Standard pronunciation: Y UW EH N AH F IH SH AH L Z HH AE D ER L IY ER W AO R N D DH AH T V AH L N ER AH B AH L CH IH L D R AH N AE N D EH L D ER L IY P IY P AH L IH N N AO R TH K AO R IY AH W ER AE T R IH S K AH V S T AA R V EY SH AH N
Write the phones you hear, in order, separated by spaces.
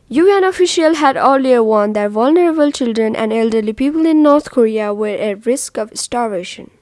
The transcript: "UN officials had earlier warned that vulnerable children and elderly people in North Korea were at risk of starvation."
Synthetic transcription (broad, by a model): Y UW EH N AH F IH SH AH L HH AE D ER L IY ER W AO N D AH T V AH L N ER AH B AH L CH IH L D R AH N AE N D EH L D ER L IY P IY P AH L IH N N AO R T K AO R IY AH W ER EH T R IH S K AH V S T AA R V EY SH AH N